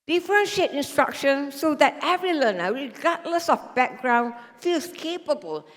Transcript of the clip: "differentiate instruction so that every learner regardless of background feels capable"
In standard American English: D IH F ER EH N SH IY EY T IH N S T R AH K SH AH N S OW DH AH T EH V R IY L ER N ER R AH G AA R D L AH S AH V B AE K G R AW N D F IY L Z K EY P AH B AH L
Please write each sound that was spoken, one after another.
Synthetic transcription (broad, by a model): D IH F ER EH N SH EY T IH N S T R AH K SH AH N S OW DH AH T EH V R IY L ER N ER R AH G AA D L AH S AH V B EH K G R AW N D F IY L S K EY P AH B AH L